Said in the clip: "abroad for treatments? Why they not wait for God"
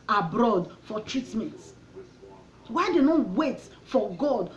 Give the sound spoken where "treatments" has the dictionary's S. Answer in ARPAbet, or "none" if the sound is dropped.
none